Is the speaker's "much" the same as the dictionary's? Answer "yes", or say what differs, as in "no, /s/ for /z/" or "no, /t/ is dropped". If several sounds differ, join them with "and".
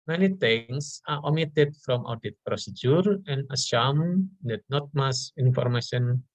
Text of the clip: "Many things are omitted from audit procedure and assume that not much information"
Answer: no, /s/ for /tʃ/